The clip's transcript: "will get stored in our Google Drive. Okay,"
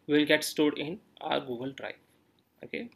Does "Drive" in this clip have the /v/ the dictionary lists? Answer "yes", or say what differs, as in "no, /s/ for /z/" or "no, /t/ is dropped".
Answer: no, /v/ is dropped